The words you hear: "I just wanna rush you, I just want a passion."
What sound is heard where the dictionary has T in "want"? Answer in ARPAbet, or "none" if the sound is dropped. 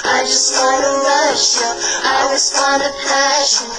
none